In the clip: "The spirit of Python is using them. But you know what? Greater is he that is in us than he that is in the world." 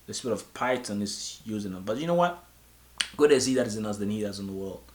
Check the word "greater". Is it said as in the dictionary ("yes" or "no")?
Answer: no